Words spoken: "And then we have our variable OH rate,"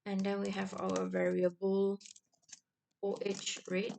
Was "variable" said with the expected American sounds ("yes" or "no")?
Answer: yes